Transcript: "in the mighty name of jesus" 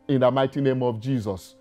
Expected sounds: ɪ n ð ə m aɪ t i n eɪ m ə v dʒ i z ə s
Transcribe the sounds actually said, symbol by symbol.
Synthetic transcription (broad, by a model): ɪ n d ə m aɪ t i n eɪ m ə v dʒ i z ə s